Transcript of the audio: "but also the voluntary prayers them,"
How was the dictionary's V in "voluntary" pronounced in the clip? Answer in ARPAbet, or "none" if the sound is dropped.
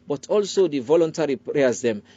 V